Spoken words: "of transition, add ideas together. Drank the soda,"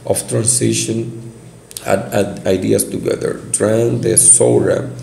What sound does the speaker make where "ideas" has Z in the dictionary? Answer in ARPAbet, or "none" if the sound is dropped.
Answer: S